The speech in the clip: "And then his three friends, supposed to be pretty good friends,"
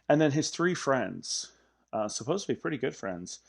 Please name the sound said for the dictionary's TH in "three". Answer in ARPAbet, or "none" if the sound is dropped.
TH